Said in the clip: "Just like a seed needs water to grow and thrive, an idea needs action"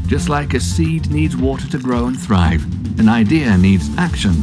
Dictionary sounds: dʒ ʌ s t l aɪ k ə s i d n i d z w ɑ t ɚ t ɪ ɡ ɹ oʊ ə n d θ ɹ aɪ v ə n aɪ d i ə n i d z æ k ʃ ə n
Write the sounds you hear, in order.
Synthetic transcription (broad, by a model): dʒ ʌ s t l aɪ k ə s i d n i d z w ɑ t ɚ t ɪ ɡ ɹ oʊ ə n θ ɹ aɪ v ə n aɪ d i ə n i d z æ k ʃ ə n